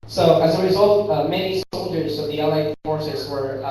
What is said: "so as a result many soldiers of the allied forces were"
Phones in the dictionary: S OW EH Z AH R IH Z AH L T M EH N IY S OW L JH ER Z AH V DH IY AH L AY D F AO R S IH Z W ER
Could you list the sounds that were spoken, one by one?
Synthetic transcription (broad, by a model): S OW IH Z AH R IH Z AH L T M EH N IY S OW L JH ER Z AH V DH IY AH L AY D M AO R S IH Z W ER